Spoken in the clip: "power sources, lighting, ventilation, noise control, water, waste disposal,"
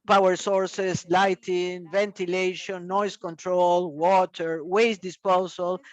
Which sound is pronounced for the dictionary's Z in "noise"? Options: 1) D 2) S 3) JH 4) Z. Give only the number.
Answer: 2